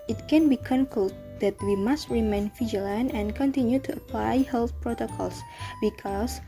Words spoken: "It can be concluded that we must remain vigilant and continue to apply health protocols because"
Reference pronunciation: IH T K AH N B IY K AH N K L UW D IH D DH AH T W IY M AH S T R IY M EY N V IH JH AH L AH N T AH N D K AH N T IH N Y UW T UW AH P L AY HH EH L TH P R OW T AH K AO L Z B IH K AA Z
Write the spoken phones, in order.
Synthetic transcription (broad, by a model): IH T K AH N B IY K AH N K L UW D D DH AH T W IY M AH S T R IY M EY N F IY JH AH L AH N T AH N K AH N T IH N Y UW T UW AH P L AY HH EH L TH P R OW T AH K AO L S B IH K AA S